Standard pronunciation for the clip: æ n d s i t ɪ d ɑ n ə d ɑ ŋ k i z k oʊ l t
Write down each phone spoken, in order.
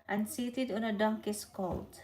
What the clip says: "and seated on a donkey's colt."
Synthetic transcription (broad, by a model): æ n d s i t ɪ d ɑ n ə d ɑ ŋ k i s k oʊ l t